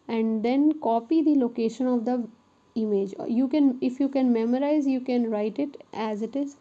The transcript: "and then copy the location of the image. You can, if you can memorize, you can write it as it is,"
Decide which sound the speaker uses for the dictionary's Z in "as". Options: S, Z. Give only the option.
Z